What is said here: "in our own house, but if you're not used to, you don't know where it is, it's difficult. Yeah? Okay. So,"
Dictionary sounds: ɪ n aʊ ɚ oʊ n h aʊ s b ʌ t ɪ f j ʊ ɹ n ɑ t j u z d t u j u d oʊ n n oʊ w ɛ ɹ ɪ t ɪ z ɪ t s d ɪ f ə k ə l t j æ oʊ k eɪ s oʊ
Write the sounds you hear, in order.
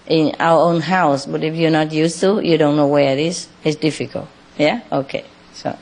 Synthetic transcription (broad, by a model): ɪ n aʊ ɚ oʊ n h aʊ s b ʌ t ɪ f j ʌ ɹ n ɑ t j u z t u j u d oʊ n n oʊ w ɛ ɹ ɪ t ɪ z ɪ t s d ɪ f ə k ə l t j æ oʊ k eɪ s oʊ